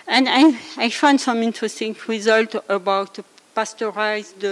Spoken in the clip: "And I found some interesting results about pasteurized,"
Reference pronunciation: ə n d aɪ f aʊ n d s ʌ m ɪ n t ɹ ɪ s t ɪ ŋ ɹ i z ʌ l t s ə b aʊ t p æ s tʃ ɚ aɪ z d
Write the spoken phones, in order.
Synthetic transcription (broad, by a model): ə n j aɪ f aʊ n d s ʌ m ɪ n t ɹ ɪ s t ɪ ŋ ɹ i z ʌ l t ə b aʊ t p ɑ s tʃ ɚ aɪ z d